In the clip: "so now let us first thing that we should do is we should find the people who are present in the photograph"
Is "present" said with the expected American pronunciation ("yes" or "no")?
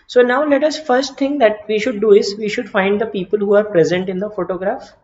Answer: yes